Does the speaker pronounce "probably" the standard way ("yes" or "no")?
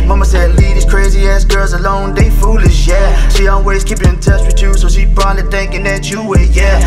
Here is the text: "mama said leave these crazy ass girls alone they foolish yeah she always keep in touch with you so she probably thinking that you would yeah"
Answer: no